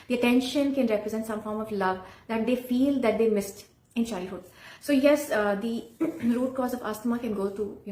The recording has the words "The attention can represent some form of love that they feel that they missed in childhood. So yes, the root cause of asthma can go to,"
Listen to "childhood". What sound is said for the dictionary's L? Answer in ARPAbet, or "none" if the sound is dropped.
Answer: none